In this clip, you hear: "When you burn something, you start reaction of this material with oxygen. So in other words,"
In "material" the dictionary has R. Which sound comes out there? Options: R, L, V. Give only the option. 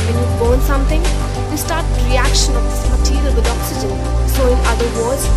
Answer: L